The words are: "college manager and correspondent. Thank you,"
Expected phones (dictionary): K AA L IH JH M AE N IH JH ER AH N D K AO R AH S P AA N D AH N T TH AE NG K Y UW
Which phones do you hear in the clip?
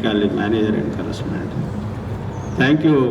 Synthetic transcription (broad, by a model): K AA L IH M AE N IH JH ER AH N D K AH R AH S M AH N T T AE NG K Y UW